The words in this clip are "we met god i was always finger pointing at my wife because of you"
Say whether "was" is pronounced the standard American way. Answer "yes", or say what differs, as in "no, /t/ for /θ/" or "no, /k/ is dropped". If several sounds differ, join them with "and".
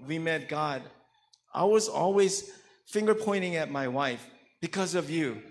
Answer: yes